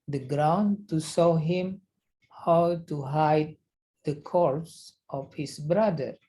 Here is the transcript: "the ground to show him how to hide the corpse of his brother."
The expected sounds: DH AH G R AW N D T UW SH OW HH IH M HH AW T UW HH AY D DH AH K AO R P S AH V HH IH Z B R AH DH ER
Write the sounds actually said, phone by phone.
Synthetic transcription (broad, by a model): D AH G R AW N T UW S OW HH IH M HH AW T UW HH AY D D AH K AO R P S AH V HH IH S B R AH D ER